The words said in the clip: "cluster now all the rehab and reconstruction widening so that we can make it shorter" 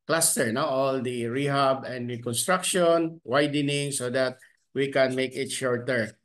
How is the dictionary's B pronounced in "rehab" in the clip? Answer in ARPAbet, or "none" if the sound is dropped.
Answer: B